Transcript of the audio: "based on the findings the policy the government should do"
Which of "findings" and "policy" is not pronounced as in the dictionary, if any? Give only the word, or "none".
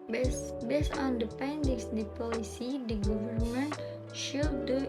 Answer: findings